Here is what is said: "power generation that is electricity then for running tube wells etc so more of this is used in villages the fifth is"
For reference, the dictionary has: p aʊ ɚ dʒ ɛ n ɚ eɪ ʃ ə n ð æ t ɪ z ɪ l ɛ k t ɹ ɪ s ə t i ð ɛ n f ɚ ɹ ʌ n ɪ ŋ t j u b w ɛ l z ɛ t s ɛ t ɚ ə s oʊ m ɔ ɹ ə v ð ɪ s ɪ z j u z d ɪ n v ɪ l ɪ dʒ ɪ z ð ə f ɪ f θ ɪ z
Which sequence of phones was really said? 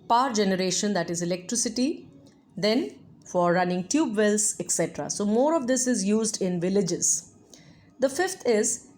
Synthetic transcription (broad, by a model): p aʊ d dʒ ɛ n ɚ eɪ ʃ ə n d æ t ɪ z ɪ l ɛ k t ɹ ɪ s ə t i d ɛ n f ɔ ɹ ʌ n ɪ ŋ t j u b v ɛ l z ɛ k s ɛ t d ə s oʊ m ɔ ɹ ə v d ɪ s ɪ z j u z d ɪ n v ɪ l ɪ dʒ ɪ z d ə f ɪ f t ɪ z